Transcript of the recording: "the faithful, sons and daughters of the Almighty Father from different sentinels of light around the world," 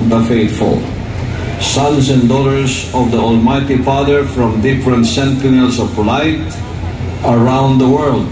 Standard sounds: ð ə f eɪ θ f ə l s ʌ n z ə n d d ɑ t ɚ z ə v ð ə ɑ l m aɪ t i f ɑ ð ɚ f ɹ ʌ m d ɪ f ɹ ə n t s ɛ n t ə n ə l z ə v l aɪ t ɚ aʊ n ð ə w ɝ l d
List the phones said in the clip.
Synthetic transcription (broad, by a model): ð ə f eɪ t f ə l s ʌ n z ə n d d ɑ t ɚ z ə v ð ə ɑ l m aɪ t i f ɑ ð ɚ f ɹ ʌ m d ɪ f ɹ ə n t s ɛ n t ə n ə l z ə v l aɪ t ɚ aʊ n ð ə w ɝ l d